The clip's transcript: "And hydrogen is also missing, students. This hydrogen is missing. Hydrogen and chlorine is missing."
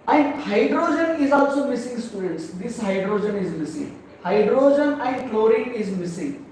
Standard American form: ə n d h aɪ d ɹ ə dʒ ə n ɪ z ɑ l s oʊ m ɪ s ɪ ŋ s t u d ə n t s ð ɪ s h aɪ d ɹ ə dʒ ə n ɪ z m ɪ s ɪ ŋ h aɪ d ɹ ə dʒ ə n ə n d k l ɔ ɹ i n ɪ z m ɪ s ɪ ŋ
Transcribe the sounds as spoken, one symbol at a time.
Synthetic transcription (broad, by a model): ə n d h aɪ d ɹ ə dʒ ə n ɪ z ɑ l s oʊ m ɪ s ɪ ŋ s t u d ə n t s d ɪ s h aɪ d ɹ ə dʒ ə n ɪ z m ɪ s ɪ ŋ h aɪ d ɹ ə dʒ ə n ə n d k l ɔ ɹ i ɪ z m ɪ s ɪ ŋ